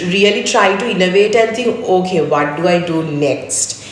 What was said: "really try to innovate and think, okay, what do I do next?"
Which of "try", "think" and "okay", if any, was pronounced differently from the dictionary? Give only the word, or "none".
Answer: think